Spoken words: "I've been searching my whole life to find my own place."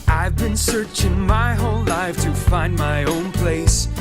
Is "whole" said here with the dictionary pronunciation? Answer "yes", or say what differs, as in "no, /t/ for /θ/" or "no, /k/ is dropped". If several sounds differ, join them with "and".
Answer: no, /n/ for /l/